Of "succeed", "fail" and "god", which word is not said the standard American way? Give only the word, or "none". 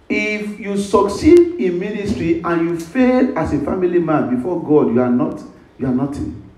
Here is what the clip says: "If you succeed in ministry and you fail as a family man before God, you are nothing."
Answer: none